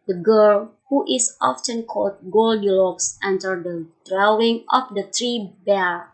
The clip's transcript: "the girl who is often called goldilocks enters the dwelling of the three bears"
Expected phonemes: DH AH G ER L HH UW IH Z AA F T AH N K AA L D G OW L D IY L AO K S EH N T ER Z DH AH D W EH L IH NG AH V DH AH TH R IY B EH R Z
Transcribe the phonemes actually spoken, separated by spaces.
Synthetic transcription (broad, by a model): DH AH G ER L HH UW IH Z AA F T AH N K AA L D G OW L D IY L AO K S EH N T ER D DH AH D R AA W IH NG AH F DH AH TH R IY B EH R